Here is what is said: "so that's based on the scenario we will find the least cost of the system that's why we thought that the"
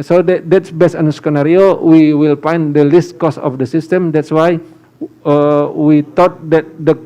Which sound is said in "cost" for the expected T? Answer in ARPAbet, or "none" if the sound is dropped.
none